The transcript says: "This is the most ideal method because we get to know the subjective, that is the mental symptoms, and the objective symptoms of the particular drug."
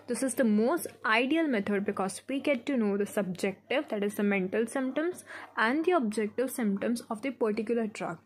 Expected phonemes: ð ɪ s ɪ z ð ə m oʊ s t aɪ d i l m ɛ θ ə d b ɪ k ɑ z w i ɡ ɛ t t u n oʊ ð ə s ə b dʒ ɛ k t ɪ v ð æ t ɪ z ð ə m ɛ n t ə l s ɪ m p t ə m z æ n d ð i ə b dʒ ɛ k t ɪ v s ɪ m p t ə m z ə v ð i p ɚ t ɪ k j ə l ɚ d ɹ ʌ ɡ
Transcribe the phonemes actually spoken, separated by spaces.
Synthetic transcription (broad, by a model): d ɪ s ɪ z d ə m oʊ s t aɪ d i l m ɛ t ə d b ɪ k ɑ z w i ɡ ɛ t t u n oʊ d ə s ə b dʒ ɛ k t ɪ v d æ t ɪ z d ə m ɛ n t ə l s ɪ m p t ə m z æ n d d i ə b dʒ ɛ k t ɪ v s ɪ m p t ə m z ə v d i p ɚ t ɪ k j ə l ɚ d ɹ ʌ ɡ